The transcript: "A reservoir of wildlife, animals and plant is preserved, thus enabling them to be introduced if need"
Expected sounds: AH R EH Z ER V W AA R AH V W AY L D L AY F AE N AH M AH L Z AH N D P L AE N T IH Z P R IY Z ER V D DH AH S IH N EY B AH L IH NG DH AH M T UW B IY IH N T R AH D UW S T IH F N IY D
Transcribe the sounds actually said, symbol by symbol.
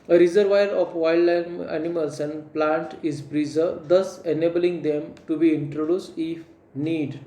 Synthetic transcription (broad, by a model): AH R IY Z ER V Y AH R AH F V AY L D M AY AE N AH M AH L S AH N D P L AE N T IH Z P R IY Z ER D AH S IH N EY B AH L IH NG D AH M T UW B IY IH N T R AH D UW S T IH F N IY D